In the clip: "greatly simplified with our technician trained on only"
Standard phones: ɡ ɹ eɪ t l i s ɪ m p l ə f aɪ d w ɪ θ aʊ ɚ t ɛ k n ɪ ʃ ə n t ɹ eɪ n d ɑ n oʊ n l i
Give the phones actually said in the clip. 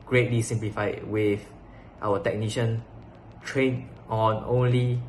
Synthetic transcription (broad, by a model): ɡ ɹ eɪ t l i s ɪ m p l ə f aɪ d w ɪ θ aʊ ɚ t ɛ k n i ʃ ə n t ɹ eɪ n ɑ n oʊ n l i